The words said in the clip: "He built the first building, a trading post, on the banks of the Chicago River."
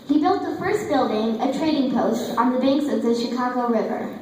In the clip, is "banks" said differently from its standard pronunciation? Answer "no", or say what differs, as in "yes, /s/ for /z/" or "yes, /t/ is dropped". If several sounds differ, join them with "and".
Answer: no